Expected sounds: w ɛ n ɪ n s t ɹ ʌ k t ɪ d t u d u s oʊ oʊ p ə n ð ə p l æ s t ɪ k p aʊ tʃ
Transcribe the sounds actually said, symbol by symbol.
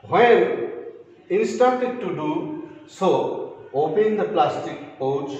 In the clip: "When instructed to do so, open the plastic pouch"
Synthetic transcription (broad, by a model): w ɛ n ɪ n s t ɑ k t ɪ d t u d u s oʊ oʊ p ə n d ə p l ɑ s t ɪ k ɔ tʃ